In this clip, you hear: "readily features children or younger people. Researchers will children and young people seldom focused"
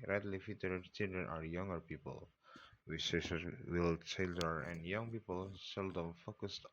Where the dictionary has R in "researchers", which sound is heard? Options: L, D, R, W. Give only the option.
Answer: W